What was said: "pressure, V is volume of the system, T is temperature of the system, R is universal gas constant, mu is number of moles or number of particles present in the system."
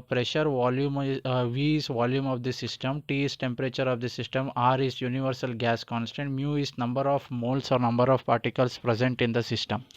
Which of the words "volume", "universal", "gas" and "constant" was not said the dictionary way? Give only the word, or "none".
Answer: none